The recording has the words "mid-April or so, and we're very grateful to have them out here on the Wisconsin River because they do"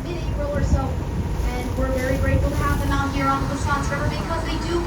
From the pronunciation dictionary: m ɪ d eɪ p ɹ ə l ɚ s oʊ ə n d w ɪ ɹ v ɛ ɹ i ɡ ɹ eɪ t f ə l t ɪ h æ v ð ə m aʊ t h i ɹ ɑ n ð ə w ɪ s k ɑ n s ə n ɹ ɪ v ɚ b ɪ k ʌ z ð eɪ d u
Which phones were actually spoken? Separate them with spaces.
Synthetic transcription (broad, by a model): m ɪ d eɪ ɹ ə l ɚ s oʊ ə n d w ɪ ɹ v ɛ ɹ i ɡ ɹ eɪ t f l t ɪ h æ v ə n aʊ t h i ɹ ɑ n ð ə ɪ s ɑ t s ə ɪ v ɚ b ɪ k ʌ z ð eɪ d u